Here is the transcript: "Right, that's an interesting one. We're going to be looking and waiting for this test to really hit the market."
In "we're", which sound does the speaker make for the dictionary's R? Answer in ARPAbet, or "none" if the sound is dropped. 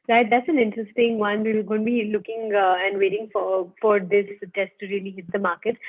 L